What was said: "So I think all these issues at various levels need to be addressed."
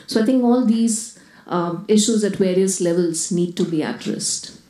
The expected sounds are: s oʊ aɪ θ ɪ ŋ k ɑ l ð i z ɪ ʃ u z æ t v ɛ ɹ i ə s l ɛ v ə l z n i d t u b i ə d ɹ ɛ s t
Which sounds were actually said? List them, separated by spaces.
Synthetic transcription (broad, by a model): s oʊ aɪ t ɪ ŋ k ɑ l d i z ɪ ʃ u z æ t v ɛ ɹ i ə s l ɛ v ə l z n i d t u b i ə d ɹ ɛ s t